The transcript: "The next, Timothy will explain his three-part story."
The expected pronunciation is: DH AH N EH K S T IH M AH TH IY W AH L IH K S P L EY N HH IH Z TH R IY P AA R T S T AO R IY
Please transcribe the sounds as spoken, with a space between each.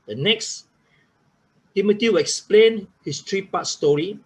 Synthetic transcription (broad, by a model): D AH N EH K S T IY M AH T IY W AH L IH K S P L EY N HH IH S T R IY P AA T S T AO R IY